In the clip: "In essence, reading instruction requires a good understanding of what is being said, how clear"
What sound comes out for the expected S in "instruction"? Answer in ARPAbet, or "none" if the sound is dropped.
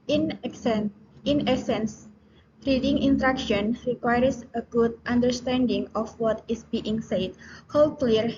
none